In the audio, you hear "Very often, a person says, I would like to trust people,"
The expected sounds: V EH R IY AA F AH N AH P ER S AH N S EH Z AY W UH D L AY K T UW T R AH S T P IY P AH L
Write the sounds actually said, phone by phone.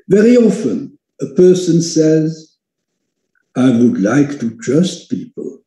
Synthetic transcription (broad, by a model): V EH R IY AA F AH N AH P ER S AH N S EH Z AY W UH D L AY K T UW T R AH S T P IY P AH L